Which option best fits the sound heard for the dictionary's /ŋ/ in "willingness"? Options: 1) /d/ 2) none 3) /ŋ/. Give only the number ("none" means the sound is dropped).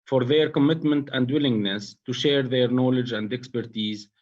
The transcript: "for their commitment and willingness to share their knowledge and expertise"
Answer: 3